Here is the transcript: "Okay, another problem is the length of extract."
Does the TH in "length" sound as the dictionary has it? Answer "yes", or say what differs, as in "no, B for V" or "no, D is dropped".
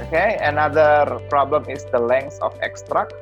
no, S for TH